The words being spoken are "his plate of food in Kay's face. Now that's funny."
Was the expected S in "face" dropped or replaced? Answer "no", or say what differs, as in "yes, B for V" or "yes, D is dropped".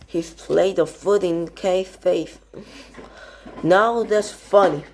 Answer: yes, TH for S